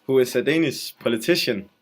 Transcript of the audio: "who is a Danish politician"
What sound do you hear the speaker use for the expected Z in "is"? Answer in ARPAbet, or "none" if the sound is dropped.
S